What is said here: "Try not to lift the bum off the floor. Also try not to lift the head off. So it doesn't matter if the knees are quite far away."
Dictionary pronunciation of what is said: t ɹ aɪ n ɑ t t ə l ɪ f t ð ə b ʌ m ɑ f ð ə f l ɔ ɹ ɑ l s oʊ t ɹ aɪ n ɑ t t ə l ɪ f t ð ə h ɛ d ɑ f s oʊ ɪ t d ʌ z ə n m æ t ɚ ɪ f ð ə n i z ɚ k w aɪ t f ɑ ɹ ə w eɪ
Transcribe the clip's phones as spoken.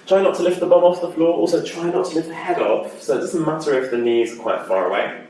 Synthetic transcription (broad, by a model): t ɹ aɪ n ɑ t t ə l ɪ f t ð ə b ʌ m ɑ f ð ə f l ɔ ɹ ɑ l s oʊ t ɹ aɪ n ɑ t t ə l ɪ f t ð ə h ɛ d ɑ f s oʊ ɪ t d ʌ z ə n m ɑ t ɚ ɪ f ð ə n i z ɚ k w aɪ t f ɑ ɹ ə w eɪ